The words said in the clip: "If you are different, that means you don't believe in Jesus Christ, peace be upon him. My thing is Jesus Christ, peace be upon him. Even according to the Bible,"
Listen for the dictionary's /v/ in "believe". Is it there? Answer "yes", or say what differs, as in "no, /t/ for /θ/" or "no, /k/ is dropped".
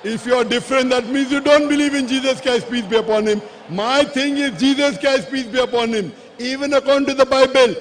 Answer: yes